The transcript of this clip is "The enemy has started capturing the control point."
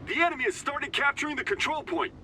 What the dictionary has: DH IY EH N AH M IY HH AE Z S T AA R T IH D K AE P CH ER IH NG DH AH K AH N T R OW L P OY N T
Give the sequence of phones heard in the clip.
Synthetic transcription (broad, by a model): DH IY EH N AH M IY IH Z S T AA R T IH D K AE P CH ER IH NG DH AH K AH N T R OW L P OY N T